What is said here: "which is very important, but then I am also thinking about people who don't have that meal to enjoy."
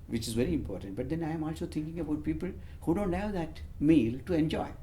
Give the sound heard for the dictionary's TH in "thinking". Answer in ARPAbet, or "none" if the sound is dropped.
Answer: T